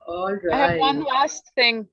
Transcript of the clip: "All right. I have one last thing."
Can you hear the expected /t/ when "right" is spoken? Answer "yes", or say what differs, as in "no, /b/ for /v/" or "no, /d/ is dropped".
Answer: no, /t/ is dropped